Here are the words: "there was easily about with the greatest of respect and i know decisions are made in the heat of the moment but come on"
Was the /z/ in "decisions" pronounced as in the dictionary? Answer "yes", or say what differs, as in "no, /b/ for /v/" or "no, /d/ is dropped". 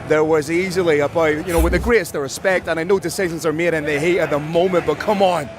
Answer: yes